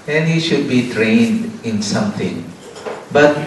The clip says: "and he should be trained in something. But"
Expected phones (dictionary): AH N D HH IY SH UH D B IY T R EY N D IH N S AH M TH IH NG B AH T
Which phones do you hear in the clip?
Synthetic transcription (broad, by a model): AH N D HH IY SH UH D B IY T R EY N D IH N S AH M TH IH NG B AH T